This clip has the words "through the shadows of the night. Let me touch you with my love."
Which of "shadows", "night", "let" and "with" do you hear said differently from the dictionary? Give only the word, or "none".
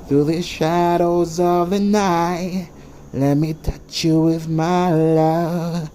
none